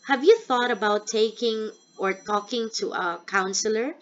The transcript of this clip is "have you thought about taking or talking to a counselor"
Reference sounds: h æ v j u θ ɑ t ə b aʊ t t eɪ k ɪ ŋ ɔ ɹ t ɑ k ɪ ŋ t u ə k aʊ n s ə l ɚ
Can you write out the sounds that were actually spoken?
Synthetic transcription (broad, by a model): h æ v j u θ ɑ t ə b aʊ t t eɪ k ɪ ŋ ɔ ɹ t ɑ k ɪ ŋ t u ə k aʊ n s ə l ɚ